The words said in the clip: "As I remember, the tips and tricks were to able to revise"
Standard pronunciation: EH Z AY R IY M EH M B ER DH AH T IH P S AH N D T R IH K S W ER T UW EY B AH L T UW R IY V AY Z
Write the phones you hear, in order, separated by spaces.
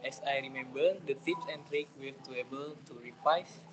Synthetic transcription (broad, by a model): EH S AY R IY M EH M B ER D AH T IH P S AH N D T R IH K W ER T UW EY B AH L T UW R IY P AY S